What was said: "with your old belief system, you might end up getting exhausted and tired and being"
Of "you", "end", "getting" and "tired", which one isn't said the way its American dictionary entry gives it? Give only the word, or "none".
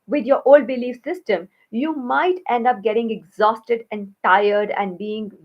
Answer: none